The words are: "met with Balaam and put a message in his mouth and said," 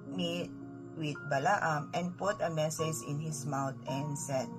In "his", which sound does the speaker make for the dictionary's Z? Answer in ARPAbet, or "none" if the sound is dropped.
S